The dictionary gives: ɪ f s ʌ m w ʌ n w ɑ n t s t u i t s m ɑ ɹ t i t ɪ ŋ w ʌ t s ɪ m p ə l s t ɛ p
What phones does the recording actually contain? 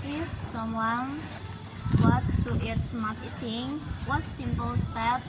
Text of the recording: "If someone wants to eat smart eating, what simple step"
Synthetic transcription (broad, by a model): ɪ f s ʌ m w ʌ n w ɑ t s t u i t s m ɑ ɹ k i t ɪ ŋ w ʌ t s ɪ m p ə l s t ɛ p